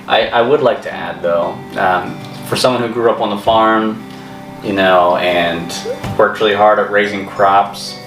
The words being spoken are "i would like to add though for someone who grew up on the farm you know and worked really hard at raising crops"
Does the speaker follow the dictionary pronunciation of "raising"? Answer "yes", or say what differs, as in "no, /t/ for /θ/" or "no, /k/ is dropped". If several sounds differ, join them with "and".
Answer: yes